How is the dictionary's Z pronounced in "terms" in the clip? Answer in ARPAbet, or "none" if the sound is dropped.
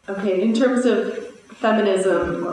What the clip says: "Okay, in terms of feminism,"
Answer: Z